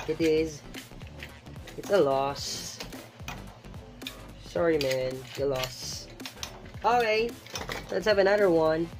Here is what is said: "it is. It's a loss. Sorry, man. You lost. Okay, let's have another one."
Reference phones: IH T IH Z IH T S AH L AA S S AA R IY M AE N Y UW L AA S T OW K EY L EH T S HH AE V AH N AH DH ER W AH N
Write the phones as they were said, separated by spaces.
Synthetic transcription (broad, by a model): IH T IH Z IH T S AH L AA S S AA R IY M AE N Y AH L AA S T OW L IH L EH T S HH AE V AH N AH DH ER W AH N